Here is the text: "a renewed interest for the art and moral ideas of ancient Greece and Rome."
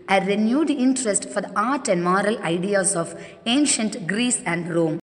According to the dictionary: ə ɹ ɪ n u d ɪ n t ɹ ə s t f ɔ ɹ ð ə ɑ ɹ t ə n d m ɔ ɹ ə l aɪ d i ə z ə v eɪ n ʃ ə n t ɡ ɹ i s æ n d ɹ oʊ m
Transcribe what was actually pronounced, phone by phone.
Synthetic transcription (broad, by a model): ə ɹ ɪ n u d ɪ n t ɹ ə s t f ɔ ɹ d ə ɑ ɹ t ə n d m ɔ ɹ ə l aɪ d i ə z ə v eɪ n ʃ ə n t ɡ ɹ i s æ n d ɹ oʊ m